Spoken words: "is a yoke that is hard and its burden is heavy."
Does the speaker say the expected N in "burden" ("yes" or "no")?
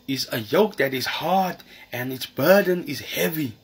yes